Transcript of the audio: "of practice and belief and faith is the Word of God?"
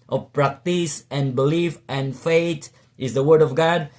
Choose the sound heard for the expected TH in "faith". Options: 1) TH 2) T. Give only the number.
2